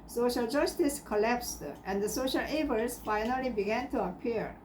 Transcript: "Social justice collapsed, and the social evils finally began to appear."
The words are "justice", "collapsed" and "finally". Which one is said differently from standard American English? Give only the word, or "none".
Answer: none